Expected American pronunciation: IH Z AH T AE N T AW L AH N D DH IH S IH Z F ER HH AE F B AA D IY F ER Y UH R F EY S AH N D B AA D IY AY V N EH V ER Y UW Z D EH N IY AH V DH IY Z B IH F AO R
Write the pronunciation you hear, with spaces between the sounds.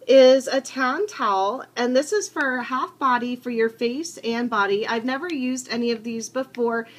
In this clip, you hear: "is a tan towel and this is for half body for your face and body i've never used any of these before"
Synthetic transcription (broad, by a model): IH Z AH T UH N T AW L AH N DH IH S IH Z F ER HH AE F B AA D IY F ER Y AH R F EY S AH N B AA D IY AY V N EH V ER Y UW Z D EH N IY AH V DH IY Z B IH F AO R